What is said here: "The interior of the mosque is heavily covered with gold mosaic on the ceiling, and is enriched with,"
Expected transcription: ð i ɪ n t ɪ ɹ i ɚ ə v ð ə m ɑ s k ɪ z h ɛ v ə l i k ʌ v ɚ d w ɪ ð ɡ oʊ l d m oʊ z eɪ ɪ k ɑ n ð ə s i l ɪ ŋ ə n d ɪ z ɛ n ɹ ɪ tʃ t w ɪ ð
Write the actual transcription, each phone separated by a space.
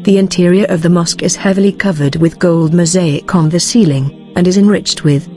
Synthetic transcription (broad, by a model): ð i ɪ n t ɪ ɹ i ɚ ə v ð ə m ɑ s k ɪ z h ɛ v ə l i k ʌ v ɚ d w ɪ ð ɡ oʊ l d m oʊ z eɪ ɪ k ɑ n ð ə s i l ɪ ŋ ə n ɪ z ɛ n ɹ ɪ tʃ t w ɪ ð